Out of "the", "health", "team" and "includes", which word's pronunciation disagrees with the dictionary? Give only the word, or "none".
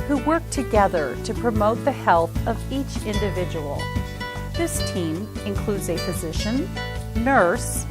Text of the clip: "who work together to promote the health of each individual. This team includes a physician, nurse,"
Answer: none